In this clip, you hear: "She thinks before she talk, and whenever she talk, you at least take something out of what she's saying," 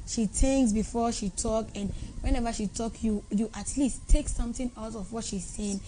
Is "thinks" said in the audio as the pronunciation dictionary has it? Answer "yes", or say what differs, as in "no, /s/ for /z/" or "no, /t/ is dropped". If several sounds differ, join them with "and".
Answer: no, /t/ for /θ/